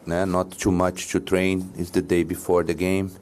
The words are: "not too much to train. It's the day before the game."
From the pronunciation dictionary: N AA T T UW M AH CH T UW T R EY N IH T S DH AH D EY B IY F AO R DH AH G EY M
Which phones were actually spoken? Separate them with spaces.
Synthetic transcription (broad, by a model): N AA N T UW M AH CH T UW T R EY N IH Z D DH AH D EY B IY F AO R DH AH G EY M